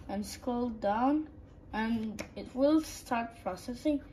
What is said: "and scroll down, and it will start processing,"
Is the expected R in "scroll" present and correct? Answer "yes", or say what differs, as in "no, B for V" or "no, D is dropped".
no, R is dropped